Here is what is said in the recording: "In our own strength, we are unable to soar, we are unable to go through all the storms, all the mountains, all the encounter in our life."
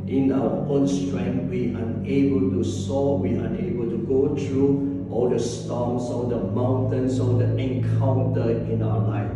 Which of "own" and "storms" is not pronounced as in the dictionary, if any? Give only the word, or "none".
storms